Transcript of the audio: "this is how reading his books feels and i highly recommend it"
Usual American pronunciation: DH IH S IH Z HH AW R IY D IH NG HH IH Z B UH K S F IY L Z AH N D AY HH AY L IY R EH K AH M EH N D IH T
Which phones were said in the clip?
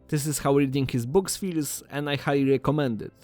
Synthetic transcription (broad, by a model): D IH S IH S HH AW R IY D IH NG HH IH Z B UH K S F IY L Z AH N D AY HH AY L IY R EH K AH M EH N D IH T